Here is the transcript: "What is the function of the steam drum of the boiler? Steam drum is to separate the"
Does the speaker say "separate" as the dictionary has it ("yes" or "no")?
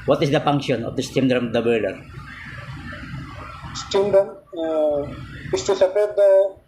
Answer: no